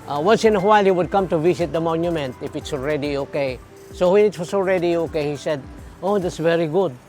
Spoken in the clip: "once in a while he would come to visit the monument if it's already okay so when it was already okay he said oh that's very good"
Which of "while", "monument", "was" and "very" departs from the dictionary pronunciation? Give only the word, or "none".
was